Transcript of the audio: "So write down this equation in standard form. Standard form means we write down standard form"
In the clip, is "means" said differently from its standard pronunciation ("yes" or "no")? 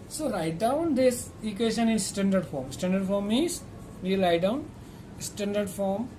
yes